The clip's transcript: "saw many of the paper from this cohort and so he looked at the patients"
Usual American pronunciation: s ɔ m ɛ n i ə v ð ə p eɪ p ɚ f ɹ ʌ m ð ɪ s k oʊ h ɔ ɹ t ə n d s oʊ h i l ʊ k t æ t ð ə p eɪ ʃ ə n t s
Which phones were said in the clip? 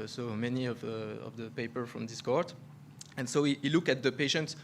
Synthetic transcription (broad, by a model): s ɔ m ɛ n i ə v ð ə p eɪ p ɚ f ɹ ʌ m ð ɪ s k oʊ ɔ ɹ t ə n s oʊ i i l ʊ k æ t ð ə p eɪ ʃ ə n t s